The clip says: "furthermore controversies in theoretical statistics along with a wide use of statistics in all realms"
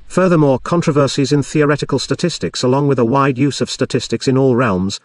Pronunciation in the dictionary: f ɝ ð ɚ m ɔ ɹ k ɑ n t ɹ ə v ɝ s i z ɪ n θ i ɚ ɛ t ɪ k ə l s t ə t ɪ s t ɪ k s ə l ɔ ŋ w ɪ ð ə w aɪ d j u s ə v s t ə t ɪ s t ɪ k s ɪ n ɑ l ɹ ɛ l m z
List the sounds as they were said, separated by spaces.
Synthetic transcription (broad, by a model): f ɝ ð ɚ m ɔ ɹ k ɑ n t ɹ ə v ɝ s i z ɪ n θ i ɚ ɛ t ɪ k ə l s t ə t ɪ s t ɪ k s ə l ɔ ŋ w ɪ ð ə w aɪ d j u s ə v s t ə t ɪ s t ɪ k s ɪ n ɑ l ɹ ɛ l m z